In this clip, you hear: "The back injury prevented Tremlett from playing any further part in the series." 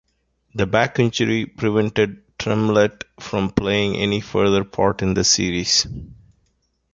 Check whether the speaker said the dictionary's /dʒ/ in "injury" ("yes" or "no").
no